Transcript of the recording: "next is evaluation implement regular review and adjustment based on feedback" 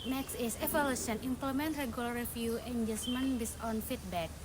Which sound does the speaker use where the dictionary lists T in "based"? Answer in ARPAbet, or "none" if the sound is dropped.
none